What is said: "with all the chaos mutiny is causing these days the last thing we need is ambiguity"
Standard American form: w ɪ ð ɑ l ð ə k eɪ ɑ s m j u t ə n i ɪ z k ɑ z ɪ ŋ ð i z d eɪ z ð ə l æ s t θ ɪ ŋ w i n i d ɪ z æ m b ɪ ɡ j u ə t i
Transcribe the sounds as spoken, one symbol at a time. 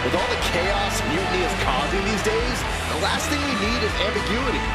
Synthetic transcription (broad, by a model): w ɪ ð ɑ l ð ə k eɪ ɑ s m j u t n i ɪ z k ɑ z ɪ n ð i z d eɪ z ð ə l æ s t θ ɪ ŋ w i n i d ɪ z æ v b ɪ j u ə t i